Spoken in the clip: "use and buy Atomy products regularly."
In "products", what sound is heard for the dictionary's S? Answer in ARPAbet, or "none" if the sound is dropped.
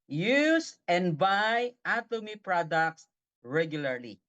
S